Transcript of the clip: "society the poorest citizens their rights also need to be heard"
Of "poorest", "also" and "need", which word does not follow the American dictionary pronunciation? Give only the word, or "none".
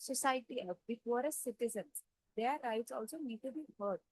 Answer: poorest